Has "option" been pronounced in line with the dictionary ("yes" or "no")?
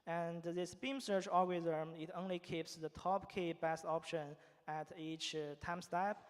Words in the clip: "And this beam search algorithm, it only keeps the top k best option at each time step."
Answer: yes